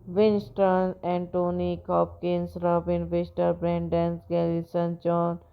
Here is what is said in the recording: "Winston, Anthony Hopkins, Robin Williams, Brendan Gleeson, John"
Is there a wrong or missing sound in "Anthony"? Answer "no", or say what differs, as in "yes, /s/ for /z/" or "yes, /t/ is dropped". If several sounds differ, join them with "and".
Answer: yes, /t/ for /θ/